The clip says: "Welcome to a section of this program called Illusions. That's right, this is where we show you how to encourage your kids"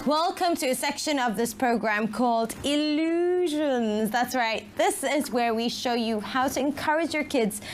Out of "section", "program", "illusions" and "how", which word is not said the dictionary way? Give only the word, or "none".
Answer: none